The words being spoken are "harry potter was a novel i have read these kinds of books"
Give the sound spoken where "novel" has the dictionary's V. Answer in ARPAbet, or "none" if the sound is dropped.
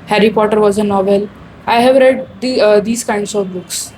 V